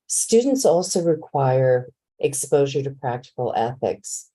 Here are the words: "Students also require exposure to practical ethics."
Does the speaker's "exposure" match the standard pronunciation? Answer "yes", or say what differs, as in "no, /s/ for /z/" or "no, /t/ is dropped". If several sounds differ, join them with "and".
yes